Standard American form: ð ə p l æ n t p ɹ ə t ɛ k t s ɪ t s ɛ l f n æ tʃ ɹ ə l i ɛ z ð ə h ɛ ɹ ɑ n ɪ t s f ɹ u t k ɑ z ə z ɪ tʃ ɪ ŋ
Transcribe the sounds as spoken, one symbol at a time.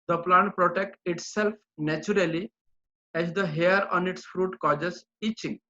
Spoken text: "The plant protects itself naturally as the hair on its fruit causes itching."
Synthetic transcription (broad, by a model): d ə p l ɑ n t p ɹ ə t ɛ k t ɪ t s ɛ l f n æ tʃ ɹ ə l i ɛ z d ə h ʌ ɹ ɑ n ɪ t s f ɹ u t k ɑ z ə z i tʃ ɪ ŋ